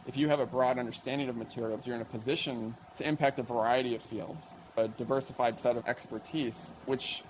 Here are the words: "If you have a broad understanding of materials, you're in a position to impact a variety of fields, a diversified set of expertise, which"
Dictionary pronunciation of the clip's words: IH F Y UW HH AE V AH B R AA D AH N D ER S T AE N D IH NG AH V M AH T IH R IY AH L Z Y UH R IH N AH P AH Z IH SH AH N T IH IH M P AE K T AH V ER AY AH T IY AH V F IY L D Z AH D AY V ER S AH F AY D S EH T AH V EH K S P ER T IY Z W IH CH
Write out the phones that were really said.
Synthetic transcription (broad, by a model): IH F Y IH V AH B R AA D AH N D ER S T AE N D IH NG AH V M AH T IH R IY L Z Y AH R IH N AH P AH Z IH SH AH N T IH IH M P AE K T AH V ER AY AH T IY AH V F IY L D Z AH D AY V ER S AH F AY D S EH T AH V EH K S P ER T IY Z W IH CH